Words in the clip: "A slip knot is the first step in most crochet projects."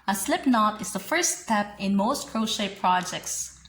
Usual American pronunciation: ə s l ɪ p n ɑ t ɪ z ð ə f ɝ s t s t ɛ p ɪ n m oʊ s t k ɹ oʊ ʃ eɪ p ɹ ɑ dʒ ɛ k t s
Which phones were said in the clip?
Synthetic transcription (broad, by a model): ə s l ɪ p n ɑ t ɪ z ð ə f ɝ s s t ɛ p ɪ n m oʊ s t k ɹ oʊ ʃ eɪ p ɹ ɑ dʒ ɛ k t s